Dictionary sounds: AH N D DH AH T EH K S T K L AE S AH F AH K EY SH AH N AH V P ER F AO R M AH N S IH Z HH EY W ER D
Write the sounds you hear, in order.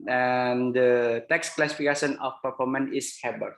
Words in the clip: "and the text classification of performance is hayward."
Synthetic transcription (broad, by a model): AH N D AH T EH K S K L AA S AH F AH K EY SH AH N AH F P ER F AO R M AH N IH S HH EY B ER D